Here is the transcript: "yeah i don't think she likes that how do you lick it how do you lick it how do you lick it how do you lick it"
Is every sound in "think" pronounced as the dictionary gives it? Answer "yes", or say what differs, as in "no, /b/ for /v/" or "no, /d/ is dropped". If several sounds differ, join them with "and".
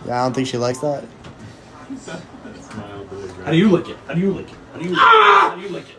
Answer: yes